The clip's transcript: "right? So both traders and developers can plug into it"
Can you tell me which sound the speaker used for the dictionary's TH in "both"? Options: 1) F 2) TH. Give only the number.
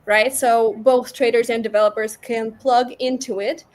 2